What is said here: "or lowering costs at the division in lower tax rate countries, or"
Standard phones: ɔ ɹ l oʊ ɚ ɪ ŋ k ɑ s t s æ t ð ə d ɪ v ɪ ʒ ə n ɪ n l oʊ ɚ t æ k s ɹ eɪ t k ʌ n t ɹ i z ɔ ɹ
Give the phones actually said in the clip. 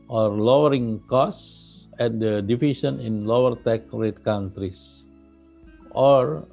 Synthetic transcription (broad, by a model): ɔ ɹ l oʊ ɚ ɪ ŋ k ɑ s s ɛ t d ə d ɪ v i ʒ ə n ɪ n l oʊ ɚ t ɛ k ɹ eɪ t k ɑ n t ɹ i s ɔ ɹ